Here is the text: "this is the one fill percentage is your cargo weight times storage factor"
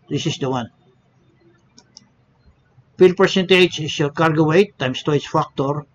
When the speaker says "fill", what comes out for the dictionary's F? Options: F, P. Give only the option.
P